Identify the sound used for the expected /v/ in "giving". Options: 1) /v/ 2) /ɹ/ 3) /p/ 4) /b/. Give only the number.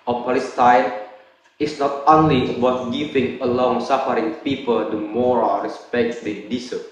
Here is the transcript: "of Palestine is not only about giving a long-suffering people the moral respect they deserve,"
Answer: 3